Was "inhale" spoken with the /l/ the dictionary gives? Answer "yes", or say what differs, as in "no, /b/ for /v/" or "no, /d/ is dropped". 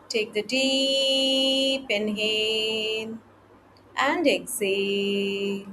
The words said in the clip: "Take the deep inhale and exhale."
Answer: no, /n/ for /l/